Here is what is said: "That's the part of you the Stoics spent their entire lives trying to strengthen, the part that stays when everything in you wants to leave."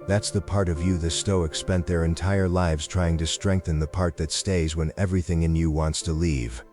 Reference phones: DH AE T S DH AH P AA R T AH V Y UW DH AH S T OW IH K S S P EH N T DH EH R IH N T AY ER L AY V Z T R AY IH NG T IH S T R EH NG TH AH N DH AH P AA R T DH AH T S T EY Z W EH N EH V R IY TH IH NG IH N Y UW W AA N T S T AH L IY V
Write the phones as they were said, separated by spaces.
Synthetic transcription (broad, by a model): DH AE T S DH AH P AA R T AH V Y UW DH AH S T OW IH K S S P EH N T DH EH R IH N T AY ER L AY V Z T R AY IH NG T IH S T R EH NG TH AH N DH AH P AA R T DH AH T S T EY Z W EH N EH V R IY TH IH NG IH N Y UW W AA N T S T AH L IY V